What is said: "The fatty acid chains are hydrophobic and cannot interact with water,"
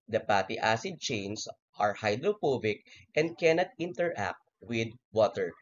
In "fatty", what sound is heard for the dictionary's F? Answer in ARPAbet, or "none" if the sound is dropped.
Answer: P